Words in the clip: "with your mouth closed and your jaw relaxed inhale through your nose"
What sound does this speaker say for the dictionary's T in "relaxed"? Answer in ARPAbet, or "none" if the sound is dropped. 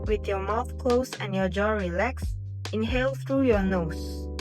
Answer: none